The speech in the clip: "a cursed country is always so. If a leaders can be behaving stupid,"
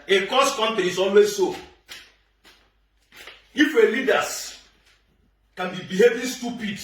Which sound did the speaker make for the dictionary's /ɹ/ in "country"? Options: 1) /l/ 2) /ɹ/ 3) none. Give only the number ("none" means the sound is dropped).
3